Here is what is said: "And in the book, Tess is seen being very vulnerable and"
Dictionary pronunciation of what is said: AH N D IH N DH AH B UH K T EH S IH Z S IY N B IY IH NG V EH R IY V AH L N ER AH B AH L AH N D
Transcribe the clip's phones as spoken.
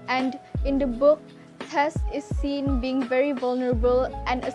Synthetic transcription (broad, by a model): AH N D IH N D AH B UH K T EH S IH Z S IY N B IY IH NG V EH R IY V AH L N ER AH B AH L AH N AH